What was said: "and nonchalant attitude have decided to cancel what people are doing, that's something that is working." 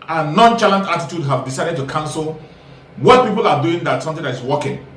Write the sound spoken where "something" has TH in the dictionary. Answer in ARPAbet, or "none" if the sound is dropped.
T